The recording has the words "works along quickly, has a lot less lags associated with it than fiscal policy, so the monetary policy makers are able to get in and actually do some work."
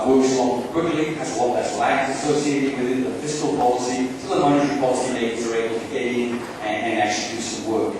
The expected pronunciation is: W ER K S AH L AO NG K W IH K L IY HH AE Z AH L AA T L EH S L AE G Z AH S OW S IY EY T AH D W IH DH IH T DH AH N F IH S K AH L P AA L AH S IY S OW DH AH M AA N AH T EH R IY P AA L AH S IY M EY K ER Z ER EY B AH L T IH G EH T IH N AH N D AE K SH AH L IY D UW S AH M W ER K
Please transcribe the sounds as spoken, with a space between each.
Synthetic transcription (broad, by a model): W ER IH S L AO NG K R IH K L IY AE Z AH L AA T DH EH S L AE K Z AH S OW S IY EY T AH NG W IH DH IH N DH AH F IH S K AH L P AA L AH S IY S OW DH AH M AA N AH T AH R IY P AA L AH S IY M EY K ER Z ER EY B L T IH G EH T IH N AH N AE K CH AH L IY D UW S AH M W ER K